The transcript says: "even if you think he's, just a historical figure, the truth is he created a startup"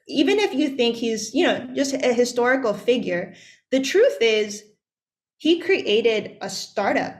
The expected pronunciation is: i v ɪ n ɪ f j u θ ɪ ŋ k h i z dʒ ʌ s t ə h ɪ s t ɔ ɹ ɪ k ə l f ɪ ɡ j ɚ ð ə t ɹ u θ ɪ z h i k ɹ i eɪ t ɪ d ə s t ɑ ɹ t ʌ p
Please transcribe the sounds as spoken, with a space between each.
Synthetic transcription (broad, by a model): i v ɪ n ɪ f j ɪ θ ɪ ŋ k h i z dʒ ʌ s t ə h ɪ s t ɔ ɹ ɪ k l f ɪ ɡ j ɚ ð ə t ɹ u θ ɪ z h i k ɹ i eɪ t ɪ d ə s t ɑ ɹ t ʌ p